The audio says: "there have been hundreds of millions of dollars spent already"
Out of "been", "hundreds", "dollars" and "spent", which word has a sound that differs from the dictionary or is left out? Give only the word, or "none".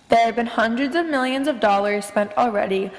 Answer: none